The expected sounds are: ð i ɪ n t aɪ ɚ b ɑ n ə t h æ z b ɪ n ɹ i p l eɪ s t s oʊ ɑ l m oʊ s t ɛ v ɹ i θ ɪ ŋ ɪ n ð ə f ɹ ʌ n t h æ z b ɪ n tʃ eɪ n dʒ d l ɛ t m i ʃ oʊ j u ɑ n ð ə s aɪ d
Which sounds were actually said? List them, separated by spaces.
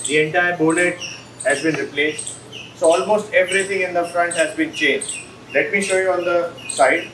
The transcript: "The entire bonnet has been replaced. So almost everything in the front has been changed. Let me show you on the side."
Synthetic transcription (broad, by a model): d i ɪ n t aɪ ɚ b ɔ l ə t h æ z b ɪ n ɹ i p l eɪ s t s oʊ ɑ l m oʊ s t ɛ v ɹ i t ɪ ŋ ɪ n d ə f ɹ ʌ n t h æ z b ɪ n tʃ eɪ n dʒ d l ɛ t m i ʃ oʊ j u ɑ n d ə s aɪ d